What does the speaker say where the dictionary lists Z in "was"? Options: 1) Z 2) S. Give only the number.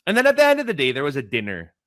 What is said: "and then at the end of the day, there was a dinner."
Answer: 1